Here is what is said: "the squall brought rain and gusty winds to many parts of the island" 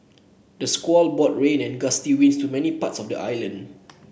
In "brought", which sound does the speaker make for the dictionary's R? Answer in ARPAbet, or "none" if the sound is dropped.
none